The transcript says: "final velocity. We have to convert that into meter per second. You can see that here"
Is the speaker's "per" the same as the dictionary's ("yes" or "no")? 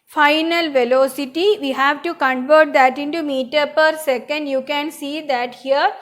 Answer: yes